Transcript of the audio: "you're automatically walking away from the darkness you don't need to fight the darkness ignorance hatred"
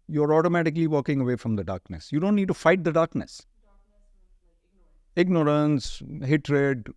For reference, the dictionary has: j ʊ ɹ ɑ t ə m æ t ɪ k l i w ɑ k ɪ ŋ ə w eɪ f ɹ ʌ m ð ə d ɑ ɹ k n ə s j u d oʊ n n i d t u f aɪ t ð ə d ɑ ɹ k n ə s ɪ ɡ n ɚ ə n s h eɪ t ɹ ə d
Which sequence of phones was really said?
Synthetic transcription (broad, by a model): j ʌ ɹ ɑ t ə m æ t ɪ k l i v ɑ k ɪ ŋ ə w eɪ f ɹ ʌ m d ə d ɑ ɹ k n ə s j u d oʊ n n i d t u f aɪ t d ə d ɑ ɹ k n ə s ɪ ɡ n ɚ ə n s h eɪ t ɹ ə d